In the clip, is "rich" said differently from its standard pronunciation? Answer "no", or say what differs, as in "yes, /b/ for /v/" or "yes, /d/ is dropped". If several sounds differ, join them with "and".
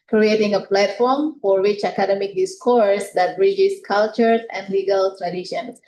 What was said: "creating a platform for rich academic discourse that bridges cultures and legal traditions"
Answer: yes, /w/ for /ɹ/